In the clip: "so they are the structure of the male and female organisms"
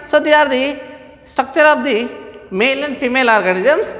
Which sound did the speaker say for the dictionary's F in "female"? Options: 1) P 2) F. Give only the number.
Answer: 1